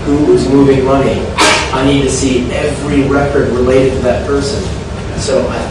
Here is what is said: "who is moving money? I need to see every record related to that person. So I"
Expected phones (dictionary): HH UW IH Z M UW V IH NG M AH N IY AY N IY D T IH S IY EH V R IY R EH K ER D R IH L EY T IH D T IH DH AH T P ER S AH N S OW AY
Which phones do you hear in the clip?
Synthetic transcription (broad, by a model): HH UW IH Z M UW V IH NG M AH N IY AY N IY D T IH S IY EH V R IY R EH K ER D R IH L EY T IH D T IH DH AH T P ER S AH N S OW AY